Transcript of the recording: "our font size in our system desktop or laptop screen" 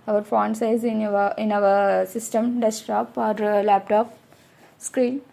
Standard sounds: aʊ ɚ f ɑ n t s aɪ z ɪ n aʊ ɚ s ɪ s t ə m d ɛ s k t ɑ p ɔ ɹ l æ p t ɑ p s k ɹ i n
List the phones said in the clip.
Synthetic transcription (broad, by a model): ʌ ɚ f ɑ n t s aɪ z ɪ n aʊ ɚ s ɪ s t ə m d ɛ s t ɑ p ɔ ɹ l æ p t ɑ p s k ɹ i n